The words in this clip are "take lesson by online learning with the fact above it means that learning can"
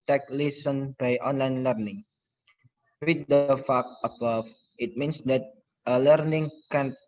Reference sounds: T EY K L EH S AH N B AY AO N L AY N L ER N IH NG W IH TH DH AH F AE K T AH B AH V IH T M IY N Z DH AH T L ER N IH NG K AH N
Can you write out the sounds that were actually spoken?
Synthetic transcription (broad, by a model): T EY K L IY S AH N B AY AO N L AY N L ER N IH NG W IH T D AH F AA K AH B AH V IH T M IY N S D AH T L ER N IH NG K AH N